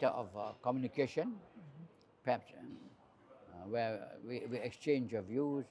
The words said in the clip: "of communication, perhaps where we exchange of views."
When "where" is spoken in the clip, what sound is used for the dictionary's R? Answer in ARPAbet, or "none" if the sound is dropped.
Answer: W